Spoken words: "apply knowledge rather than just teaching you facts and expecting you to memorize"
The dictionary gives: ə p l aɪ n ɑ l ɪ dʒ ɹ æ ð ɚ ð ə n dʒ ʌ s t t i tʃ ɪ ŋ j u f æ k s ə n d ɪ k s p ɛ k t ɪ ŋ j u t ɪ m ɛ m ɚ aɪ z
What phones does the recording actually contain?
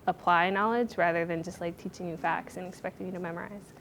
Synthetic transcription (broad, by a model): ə p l aɪ n ɑ l ɪ dʒ ɹ æ ð ɚ ð ə n dʒ ʌ s t t i tʃ ɪ ŋ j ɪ f æ k s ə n ɪ k s p ɛ k t ɪ ŋ j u t ɪ m ɛ m ɚ aɪ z